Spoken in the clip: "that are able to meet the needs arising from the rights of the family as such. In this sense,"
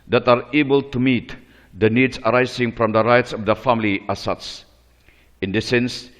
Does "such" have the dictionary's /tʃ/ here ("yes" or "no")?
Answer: no